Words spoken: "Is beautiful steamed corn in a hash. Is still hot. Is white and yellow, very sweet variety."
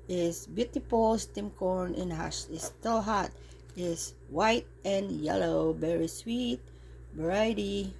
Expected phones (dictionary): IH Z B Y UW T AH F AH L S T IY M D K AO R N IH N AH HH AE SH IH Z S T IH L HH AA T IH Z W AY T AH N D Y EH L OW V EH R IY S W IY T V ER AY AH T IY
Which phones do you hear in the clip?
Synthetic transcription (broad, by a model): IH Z B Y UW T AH P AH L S T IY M K AO R N IH N HH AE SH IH S T IH L HH AA T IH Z W AY T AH N Y EH L OW V EH R IY S W IY T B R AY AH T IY